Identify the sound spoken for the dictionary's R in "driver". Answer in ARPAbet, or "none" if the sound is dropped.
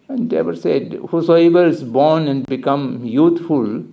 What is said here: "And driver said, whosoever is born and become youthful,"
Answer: none